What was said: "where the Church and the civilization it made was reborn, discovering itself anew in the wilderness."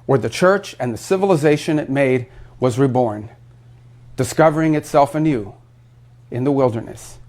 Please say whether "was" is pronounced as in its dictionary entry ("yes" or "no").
yes